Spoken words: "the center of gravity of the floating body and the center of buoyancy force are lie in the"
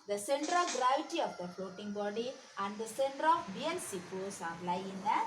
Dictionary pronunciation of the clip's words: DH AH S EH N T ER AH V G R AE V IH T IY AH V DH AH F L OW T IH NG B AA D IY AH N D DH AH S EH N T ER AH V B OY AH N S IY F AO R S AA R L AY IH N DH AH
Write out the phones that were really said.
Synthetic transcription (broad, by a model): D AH S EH N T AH G R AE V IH T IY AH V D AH F L OW T IH NG B AA D IY AH N D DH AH S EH N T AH F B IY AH L S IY P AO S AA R L AY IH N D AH